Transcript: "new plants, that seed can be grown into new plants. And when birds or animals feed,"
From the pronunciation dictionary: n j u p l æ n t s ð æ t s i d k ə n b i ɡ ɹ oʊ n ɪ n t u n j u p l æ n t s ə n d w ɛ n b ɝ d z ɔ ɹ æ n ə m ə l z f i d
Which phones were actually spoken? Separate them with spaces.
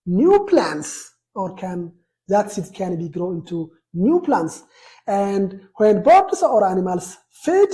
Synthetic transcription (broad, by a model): n j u p l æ n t s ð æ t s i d k ə n b i ɡ ɹ oʊ ɪ n t u n j u p l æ n t s ə n d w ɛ n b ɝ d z ɔ ɹ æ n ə m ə l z f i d